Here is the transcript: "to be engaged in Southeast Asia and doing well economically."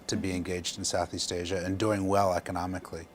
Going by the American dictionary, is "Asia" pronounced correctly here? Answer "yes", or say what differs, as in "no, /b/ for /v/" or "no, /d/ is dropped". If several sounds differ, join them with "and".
yes